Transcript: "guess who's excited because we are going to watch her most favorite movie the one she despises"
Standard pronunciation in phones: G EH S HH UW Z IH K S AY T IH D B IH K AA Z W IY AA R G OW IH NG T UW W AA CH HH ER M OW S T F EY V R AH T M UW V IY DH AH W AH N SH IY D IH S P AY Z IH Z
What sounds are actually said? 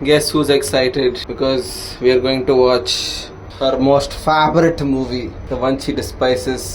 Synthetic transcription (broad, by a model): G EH S HH UW Z IH K S AY T IH D B IH K AA Z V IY AA R G OW IH NG T UW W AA CH HH ER M OW S T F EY B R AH T M UW V IY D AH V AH N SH IY D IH S P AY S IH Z